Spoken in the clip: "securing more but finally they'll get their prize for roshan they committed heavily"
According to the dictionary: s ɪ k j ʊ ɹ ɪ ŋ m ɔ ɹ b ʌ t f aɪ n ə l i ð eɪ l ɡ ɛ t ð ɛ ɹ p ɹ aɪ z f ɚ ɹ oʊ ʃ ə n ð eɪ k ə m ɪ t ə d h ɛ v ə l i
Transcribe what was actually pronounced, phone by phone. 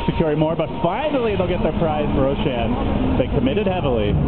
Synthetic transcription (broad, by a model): s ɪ k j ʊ ɹ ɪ m ɔ ɹ b ʌ t f aɪ n l i ð eɪ l ɡ ɛ t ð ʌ ɹ p ɹ aɪ z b ɹ oʊ ʃ ə n ð eɪ k ə m ɪ t ə d h ɛ v l i